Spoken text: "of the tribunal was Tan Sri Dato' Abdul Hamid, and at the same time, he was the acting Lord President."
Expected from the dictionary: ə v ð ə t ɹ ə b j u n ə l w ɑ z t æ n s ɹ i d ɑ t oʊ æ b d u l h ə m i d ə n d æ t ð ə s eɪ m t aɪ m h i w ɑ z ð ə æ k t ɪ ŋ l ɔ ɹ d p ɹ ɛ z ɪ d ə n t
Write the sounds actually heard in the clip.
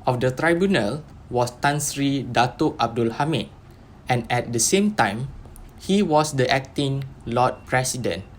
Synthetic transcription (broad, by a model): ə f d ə t ɹ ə b j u n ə l w ɑ s t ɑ n s ɹ i d ɑ t oʊ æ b d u l h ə m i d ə n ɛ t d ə s eɪ m t aɪ m h i w ɑ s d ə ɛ k t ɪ ŋ l ɔ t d p ɹ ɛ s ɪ d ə n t